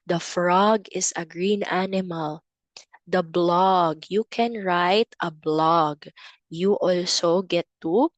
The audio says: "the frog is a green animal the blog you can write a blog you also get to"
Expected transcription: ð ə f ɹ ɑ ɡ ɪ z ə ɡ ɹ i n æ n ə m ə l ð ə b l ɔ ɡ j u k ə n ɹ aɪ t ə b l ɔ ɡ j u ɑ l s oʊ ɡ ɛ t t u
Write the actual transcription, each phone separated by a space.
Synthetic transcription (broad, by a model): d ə f ɹ ɑ ɡ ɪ s ə ɡ ɹ i n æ n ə m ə l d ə b l ɔ ɡ j u k ə n ɹ aɪ t ə b l ɔ ɡ j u ɑ l s oʊ ɡ ɛ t t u